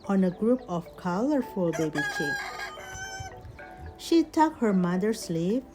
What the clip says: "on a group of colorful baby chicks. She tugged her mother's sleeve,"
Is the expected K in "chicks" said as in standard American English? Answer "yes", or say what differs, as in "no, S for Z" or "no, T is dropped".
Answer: no, K is dropped